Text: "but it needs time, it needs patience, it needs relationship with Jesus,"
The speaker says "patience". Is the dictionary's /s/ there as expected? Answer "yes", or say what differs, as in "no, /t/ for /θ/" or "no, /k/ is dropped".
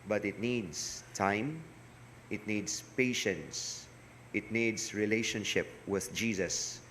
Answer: yes